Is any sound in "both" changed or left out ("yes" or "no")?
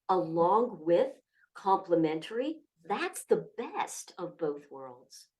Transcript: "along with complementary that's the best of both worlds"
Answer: no